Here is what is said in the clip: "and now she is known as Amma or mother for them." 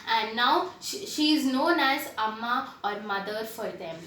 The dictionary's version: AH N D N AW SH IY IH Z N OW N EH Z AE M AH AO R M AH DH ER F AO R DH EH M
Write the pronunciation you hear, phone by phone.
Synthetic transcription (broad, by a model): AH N D N AW SH IY IH Z N OW N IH S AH M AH AO R M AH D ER F AO R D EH M